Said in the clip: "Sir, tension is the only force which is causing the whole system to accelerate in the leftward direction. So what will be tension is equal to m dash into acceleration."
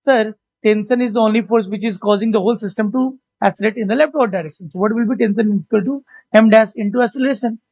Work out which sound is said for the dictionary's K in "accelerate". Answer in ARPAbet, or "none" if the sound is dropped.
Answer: none